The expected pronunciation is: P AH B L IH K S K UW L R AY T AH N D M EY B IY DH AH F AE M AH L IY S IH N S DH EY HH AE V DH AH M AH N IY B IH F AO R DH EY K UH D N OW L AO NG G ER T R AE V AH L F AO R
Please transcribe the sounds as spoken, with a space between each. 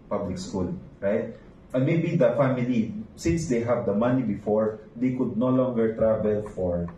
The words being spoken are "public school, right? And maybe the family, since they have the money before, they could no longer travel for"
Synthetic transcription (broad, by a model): P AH B L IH K S K UW L R AY T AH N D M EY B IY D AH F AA M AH L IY S IH N S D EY HH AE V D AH M AH N IY B IH F AO R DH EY K UH D N OW L AO NG G ER T R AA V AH L F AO R